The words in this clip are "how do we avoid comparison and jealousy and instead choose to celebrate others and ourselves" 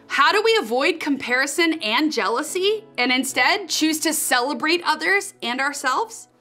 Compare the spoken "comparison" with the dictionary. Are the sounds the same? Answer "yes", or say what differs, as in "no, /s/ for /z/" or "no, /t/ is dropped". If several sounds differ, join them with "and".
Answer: yes